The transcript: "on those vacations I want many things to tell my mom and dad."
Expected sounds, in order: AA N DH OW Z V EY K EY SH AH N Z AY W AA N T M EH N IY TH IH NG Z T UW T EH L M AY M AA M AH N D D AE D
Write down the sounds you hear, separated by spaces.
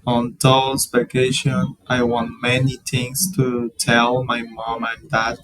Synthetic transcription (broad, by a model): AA N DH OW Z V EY K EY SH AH N AY W AA N T M EH N IY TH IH NG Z T UW T EH L M AY M AA M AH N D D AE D